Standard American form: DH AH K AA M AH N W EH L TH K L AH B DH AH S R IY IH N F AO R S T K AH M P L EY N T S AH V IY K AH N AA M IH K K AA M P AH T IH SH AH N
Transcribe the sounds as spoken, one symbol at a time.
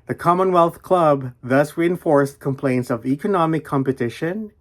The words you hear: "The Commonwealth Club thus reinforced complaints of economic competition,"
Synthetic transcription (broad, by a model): DH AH K AA M AH N W EH L TH K L AH B DH AH S R IY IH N F AO R S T K AH M P L EY N T S AH V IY K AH N AA M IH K K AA M P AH T IH SH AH N